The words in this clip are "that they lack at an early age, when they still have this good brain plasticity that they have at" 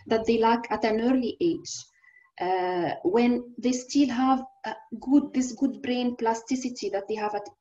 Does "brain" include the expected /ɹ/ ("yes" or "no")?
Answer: yes